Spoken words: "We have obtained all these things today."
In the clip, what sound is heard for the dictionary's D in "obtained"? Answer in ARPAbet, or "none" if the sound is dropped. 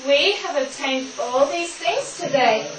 D